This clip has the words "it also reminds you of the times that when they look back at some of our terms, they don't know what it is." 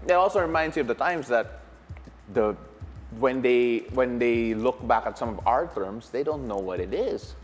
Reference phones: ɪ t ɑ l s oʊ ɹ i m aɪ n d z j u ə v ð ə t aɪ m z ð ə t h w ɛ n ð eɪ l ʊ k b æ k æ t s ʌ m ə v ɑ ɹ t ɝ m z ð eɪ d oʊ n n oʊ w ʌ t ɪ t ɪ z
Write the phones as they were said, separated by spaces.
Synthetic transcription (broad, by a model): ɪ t ɑ l s oʊ ɹ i m aɪ n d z j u ə v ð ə t aɪ m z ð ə t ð w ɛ n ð eɪ l ʊ k b æ k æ t s ʌ m ə v ɑ ɹ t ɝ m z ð eɪ d oʊ n n oʊ w ʌ t ɪ t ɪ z